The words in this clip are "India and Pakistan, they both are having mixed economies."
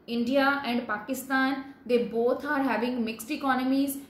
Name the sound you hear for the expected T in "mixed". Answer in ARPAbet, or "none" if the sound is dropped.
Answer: T